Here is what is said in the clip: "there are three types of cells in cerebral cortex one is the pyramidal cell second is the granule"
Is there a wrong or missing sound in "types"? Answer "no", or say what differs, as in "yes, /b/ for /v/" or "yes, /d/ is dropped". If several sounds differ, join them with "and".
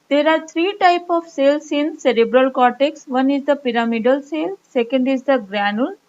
yes, /s/ is dropped